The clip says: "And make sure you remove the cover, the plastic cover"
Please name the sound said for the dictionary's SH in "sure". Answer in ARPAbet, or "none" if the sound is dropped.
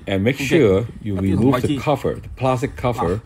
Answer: SH